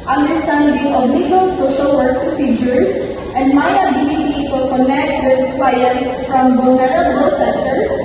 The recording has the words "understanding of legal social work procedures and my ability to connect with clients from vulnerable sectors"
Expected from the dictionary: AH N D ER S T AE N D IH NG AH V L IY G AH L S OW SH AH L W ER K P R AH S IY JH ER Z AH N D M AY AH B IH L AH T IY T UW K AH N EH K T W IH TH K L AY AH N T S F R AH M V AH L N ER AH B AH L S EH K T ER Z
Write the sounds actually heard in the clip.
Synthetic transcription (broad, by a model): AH N D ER S T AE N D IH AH B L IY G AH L S OW SH AH L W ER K P R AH S IY JH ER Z AH N D M AY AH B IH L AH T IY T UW K AH N EH K T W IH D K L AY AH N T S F R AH M B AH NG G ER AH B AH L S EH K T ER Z